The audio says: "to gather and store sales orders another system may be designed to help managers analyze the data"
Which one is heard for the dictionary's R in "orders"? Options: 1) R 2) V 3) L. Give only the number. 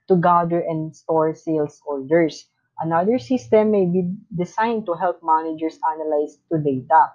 3